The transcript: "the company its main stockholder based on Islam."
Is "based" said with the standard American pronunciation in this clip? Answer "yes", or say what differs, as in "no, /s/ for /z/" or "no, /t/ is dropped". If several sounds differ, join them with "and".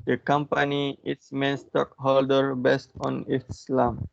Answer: yes